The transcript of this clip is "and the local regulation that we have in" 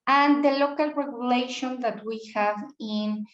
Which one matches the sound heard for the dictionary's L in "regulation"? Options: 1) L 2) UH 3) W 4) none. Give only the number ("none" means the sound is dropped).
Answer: 1